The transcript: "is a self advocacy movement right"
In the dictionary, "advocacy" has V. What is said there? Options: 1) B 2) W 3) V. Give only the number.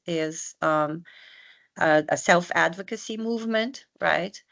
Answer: 3